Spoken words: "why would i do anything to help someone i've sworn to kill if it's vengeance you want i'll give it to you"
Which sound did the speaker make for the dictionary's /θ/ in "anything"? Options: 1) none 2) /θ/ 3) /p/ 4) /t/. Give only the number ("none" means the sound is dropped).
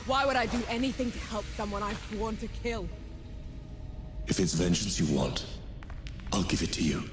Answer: 2